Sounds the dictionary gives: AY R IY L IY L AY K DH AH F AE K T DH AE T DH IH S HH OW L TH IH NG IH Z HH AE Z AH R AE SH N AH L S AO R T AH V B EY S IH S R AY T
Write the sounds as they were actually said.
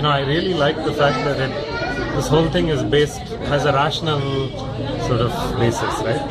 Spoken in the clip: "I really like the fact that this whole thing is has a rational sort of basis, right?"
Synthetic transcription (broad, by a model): AY R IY L IY L AY K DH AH F AE K T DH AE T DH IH S HH OW L T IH NG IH Z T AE Z AH R AE SH N AH L S AO R T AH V B EY S IH S R AY T